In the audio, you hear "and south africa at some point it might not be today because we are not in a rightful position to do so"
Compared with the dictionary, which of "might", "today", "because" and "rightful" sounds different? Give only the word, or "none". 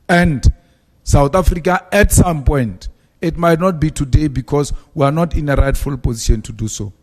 because